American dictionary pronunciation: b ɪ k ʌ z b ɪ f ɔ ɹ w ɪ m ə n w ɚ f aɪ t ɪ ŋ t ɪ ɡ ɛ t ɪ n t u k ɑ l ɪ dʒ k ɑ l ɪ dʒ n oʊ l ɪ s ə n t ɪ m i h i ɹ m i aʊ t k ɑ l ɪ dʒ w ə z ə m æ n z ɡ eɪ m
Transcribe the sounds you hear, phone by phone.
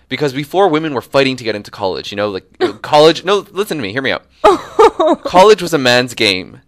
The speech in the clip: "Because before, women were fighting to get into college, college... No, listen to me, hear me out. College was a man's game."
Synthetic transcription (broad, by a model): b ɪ k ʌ z b ɪ f ɔ ɹ w ɪ m ə n w ɚ f aɪ t ɪ ŋ t ɪ ɡ ɛ t ɪ n t u k ɑ l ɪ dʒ k ɑ l ɪ dʒ n oʊ l ɪ s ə n t ɪ m i h i ɹ m i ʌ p k ɑ l ɪ dʒ w ə z ə m æ n z ɡ eɪ m